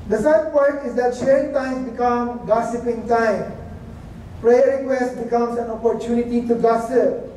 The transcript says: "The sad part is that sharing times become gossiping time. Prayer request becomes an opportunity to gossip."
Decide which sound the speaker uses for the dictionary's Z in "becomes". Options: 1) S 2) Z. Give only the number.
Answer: 1